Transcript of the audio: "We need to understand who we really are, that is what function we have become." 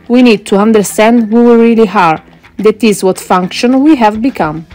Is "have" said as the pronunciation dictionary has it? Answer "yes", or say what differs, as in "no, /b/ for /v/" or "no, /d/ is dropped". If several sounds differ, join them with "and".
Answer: yes